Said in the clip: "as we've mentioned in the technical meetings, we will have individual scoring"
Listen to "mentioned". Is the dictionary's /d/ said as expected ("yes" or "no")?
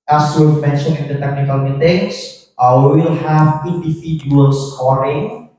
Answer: no